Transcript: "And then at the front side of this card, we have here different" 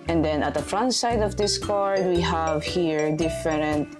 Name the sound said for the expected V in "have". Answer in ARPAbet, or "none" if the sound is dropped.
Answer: V